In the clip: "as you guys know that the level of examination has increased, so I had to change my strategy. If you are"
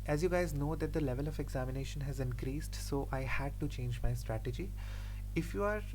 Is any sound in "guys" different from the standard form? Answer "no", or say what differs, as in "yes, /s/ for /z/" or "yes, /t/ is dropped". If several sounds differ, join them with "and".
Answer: no